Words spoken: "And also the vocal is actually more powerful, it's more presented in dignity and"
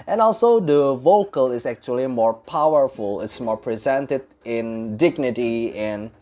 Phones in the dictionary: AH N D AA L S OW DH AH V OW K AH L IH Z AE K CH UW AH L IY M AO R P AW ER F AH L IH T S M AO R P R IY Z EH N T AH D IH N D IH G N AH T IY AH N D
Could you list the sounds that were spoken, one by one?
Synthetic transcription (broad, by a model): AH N AA L S OW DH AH V OW K AH L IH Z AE K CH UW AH L IY M AO R P AW ER F AH L IH T S M AO R P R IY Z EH N T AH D IH N D IH G N AH T IY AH N